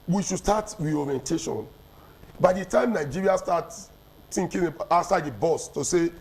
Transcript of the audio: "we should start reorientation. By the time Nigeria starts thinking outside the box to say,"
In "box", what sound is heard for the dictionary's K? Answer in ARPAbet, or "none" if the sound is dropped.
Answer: none